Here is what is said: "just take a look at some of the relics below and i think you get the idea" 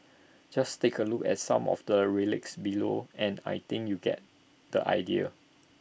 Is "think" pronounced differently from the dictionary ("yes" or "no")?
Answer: yes